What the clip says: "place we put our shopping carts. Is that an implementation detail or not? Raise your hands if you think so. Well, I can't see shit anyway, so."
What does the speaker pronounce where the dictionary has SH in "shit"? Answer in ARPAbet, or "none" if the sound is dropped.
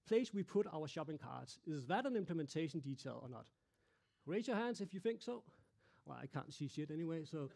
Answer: S